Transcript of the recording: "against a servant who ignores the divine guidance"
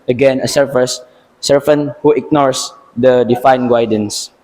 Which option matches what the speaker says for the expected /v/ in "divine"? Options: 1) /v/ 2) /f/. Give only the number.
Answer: 2